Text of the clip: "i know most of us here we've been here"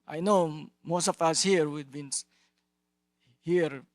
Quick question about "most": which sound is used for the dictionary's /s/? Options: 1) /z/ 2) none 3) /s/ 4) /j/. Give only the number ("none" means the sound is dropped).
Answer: 3